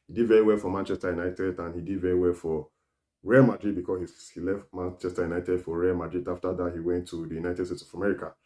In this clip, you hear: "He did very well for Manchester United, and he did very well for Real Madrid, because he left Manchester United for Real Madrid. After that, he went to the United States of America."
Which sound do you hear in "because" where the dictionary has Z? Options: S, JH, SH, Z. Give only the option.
S